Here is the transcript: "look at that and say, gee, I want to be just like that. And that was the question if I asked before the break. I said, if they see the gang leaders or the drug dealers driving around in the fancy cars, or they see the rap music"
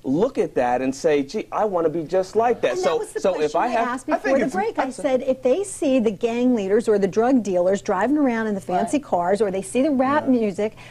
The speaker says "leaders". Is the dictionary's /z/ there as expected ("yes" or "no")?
yes